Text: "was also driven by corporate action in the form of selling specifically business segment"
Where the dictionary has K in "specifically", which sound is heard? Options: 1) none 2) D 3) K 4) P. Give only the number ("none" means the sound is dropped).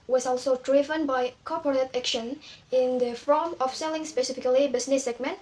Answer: 3